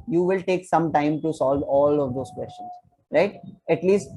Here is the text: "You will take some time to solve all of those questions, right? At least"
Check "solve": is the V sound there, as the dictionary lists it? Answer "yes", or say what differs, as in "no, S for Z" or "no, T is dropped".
yes